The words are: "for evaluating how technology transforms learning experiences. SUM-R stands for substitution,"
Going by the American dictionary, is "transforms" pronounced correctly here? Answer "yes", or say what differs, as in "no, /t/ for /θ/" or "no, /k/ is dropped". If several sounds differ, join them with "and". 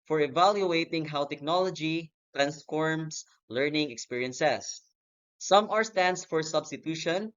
no, /s/ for /z/